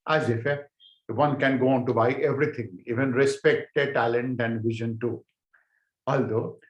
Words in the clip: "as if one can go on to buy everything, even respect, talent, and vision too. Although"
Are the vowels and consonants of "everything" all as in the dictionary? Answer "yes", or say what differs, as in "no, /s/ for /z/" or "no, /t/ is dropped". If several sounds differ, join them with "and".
no, /t/ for /θ/